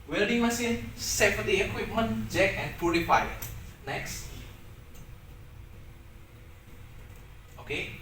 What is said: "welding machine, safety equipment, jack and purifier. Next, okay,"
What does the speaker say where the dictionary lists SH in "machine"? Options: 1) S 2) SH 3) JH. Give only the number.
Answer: 1